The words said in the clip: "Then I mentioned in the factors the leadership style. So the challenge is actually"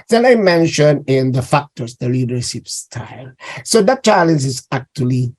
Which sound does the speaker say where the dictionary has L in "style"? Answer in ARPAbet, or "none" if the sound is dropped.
L